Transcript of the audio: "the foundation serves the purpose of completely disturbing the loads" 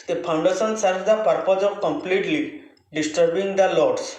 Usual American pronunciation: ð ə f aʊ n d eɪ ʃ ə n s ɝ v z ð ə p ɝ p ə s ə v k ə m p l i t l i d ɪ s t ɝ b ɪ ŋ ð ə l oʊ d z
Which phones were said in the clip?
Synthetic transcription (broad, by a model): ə p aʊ n d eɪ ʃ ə n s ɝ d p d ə p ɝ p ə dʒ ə k ə m p l i t l i d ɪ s t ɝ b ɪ ŋ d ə l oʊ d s